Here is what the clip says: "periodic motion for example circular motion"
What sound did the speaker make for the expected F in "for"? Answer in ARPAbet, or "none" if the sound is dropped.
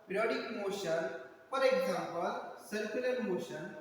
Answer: P